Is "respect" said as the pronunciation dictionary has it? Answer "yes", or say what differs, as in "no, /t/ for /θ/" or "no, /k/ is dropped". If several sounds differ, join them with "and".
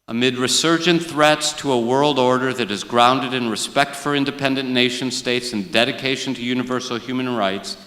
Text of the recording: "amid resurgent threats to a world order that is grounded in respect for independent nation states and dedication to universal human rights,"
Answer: yes